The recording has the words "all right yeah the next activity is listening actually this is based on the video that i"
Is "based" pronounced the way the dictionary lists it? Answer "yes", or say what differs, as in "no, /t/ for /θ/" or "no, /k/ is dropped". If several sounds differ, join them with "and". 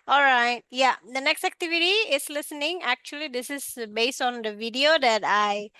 yes